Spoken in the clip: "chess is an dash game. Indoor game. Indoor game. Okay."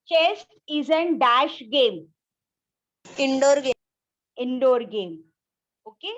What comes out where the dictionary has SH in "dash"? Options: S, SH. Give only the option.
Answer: SH